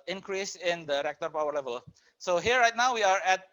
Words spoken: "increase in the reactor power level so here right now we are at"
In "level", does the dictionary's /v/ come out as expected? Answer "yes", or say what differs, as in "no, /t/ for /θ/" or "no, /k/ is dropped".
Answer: yes